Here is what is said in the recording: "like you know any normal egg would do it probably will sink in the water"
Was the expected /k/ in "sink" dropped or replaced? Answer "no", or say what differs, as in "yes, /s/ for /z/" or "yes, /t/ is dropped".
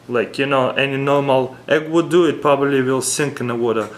no